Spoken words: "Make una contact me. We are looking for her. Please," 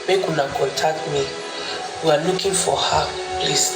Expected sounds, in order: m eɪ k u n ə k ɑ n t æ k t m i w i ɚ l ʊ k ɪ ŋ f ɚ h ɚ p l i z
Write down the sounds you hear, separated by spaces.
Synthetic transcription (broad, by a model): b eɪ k u n ə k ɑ t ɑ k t m i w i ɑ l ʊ k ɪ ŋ f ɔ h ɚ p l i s